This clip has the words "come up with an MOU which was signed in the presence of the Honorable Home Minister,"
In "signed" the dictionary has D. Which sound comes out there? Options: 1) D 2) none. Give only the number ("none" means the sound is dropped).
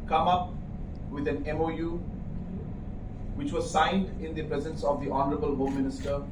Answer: 1